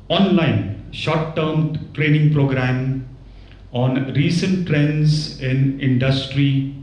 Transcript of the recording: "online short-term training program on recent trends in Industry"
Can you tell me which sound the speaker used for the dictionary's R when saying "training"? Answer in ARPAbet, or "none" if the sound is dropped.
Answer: R